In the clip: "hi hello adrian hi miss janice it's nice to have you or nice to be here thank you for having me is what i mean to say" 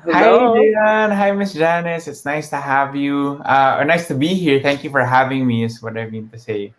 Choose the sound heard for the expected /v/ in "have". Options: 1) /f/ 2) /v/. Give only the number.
2